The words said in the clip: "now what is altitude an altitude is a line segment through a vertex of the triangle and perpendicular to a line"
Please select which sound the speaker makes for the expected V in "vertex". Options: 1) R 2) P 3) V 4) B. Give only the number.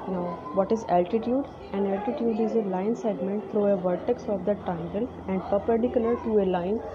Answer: 3